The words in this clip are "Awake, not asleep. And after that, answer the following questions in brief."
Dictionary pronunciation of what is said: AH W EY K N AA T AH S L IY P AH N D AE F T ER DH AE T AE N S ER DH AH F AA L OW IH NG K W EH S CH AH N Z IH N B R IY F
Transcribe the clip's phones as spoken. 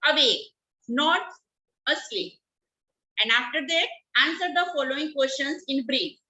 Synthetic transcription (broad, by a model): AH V EY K N AA T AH S IY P AH N D AE F T ER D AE T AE N S ER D AH F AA L OW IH NG K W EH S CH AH N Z IH N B R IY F